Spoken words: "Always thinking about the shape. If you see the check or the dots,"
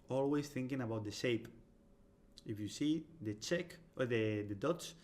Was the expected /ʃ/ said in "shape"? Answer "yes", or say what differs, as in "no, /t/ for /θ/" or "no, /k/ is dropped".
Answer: yes